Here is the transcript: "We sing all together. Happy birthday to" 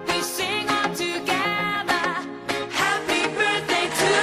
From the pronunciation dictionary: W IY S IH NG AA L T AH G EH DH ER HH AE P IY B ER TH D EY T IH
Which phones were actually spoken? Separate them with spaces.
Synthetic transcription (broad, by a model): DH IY S IH NG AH N T AH G EH DH ER HH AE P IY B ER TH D EY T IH